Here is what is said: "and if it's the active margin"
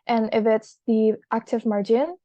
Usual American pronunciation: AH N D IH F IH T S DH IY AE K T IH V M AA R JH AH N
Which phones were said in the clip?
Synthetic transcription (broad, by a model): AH N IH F IH T S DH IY AE K T IH V M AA R JH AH N